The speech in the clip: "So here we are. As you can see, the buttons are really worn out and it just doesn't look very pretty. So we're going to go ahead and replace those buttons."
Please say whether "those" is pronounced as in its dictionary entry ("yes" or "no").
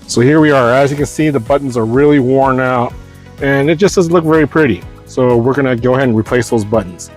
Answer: yes